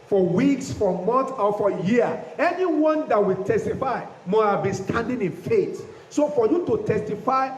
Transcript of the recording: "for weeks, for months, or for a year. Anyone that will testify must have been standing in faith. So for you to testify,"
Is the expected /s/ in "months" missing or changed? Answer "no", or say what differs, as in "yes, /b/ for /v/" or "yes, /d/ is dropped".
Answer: yes, /s/ is dropped